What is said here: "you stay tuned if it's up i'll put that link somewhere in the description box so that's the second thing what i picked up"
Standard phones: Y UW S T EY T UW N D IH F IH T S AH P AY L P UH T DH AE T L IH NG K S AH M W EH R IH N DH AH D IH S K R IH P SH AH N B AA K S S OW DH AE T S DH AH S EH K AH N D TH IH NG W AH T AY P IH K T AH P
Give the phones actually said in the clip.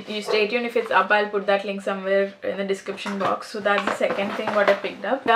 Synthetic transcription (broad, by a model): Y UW S T EY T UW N IH F IH T S AH P AY L P UH T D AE T L IH NG K S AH M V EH R IH N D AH D IH S K R IH P SH AH N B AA K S S OW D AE T S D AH S EH K AH N D T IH NG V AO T AY P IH K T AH P